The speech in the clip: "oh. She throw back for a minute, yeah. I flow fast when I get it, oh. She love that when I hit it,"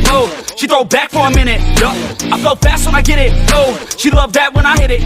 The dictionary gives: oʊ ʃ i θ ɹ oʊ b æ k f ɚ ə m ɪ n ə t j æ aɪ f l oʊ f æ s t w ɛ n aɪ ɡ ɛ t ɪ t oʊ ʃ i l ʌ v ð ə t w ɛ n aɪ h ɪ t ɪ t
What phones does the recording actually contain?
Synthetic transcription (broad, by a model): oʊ ʃ i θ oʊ b æ k f ɚ ə m ɪ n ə t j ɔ aɪ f oʊ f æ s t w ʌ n aɪ ɡ ɛ t ɪ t oʊ ʃ i l ʌ v ð ə t w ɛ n aɪ h ɪ t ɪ t